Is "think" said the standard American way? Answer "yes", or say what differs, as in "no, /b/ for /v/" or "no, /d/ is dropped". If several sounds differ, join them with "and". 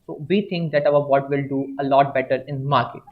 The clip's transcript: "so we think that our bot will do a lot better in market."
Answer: no, /t/ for /θ/